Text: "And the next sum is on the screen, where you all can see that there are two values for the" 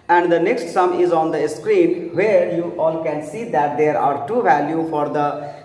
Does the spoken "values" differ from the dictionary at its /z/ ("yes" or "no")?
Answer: yes